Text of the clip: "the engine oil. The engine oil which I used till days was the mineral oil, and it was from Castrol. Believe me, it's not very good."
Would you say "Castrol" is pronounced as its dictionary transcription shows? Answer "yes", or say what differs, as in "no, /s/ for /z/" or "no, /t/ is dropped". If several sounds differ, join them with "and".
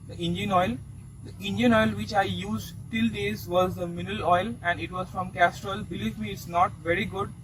yes